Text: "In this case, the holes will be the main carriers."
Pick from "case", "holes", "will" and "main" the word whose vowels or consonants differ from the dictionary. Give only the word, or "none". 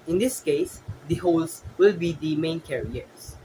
holes